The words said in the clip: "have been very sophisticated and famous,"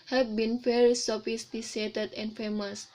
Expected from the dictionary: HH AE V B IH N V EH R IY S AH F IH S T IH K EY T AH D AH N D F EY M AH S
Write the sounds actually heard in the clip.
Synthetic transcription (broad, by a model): HH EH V B IH N F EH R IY S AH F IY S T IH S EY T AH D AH N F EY M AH S